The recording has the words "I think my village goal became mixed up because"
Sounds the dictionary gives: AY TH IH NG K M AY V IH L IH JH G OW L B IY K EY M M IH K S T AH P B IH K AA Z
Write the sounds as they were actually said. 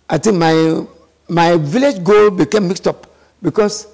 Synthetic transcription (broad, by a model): AY T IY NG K M AY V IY L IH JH G OW L B IY K EY M M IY K S T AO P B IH K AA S